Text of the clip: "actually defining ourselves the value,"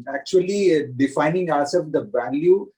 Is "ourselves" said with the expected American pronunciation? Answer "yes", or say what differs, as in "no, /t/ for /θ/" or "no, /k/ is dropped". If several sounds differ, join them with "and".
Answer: no, /l/ is dropped